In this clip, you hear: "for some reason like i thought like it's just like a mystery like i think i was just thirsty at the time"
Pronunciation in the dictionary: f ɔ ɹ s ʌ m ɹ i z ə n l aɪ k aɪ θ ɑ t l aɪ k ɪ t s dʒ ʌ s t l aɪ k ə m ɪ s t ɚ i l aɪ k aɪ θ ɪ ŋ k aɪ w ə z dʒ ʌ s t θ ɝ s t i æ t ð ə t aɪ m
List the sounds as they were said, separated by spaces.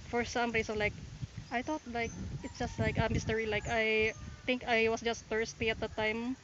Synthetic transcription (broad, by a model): f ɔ ɹ s ʌ m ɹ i s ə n l aɪ k aɪ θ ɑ t l aɪ k ɪ t s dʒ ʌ s t l aɪ k ə m ɪ s t ɚ i l aɪ k aɪ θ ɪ ŋ k aɪ w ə s dʒ ʌ s t f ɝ s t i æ t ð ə t aɪ m